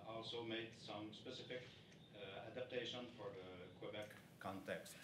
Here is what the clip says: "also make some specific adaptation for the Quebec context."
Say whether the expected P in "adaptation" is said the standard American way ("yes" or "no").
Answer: yes